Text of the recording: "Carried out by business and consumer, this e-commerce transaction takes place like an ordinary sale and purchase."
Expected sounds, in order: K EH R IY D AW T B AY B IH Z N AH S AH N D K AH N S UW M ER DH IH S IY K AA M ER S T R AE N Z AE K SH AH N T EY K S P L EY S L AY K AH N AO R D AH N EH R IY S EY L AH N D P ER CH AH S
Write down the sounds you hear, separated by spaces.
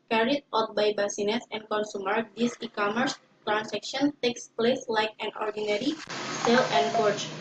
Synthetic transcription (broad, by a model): K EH R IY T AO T B AY B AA S N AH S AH N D K AH N S UW M ER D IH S IY K AA M ER S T R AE N S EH K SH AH N T EY K S P L EY S L AY K AH N AO R D AH N EH R IY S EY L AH N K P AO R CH